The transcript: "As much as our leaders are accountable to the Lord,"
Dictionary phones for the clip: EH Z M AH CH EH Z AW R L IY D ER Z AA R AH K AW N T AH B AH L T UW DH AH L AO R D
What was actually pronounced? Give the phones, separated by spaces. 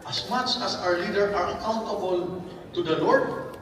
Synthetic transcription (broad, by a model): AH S M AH CH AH S AW R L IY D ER AA R AH K AW N T AH B AH L T UW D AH L AO R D